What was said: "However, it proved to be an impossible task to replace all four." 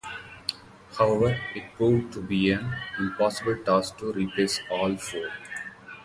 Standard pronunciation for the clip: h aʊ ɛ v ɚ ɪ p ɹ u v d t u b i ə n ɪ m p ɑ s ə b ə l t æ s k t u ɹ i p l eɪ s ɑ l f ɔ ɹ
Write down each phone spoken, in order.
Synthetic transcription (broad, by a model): h aʊ ɛ v ɚ ɪ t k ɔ d t u b i ə n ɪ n p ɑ s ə b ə l t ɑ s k t u ɹ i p eɪ s ɑ l f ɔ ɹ